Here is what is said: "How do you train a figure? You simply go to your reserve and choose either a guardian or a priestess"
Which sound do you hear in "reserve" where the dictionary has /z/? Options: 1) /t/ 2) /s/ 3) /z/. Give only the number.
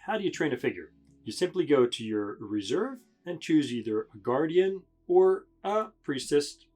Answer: 3